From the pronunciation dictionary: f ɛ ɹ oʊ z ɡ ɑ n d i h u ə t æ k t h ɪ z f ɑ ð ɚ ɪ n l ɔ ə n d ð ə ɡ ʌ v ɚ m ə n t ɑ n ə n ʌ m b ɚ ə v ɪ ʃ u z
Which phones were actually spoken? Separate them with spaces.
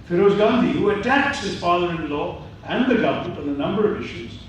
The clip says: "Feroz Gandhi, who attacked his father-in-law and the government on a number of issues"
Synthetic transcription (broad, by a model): f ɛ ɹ oʊ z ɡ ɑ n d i h u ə t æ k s h ɪ z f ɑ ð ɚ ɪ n l ɔ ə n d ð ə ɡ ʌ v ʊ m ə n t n ə n ʌ m b ɚ ə v ɪ ʃ u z